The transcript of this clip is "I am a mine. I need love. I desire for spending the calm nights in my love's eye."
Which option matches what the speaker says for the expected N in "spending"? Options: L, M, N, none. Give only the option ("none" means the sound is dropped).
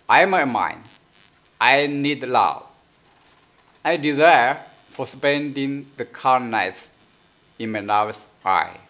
N